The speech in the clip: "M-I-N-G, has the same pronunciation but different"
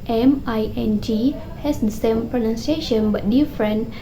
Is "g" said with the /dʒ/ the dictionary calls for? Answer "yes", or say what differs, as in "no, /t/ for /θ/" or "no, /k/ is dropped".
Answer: yes